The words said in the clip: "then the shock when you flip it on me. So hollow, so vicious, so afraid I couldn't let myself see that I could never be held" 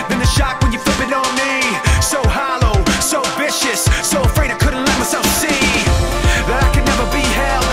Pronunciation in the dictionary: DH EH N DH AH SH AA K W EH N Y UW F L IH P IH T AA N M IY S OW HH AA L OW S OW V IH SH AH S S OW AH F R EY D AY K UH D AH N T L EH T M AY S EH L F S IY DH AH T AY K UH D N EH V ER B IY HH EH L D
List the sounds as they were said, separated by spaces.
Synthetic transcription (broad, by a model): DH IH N DH AH SH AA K W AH N Y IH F IH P IH T N M IY S OW HH AA L OW S OW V IH SH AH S S OW AH F R EY D AY K UH D N T L EH T M AY S EH L F S IY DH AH T AY K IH N EH V ER B IY HH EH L